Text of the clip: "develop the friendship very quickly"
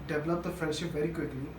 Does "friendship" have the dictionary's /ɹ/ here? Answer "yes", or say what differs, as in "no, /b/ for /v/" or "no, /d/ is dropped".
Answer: no, /ɹ/ is dropped